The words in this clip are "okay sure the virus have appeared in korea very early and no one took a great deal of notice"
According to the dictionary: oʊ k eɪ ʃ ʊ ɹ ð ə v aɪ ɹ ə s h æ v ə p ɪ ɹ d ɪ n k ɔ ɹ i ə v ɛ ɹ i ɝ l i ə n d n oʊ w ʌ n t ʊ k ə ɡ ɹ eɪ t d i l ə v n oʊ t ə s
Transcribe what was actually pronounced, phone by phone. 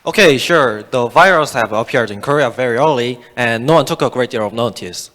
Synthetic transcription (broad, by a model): oʊ k eɪ ʃ ʊ ɹ ð ə v aɪ ɹ ə s h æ v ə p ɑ ɹ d ɪ n k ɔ ɹ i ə v ɛ ɹ i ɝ l i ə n n oʊ w ʌ n t ʊ k ə ɡ ɹ eɪ t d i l ə v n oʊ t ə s